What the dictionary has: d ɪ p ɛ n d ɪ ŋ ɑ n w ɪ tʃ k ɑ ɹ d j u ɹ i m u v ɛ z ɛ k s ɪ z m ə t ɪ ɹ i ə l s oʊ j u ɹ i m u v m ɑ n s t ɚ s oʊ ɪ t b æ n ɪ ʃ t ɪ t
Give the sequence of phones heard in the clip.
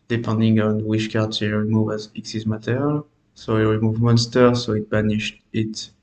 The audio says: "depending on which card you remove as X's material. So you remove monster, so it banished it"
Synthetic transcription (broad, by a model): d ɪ p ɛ n d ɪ ŋ ɑ n w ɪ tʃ k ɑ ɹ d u ɹ i m u v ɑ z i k s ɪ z m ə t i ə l s oʊ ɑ ɹ i m u v m ɑ n s t ɚ s oʊ ɪ t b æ n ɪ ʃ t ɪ t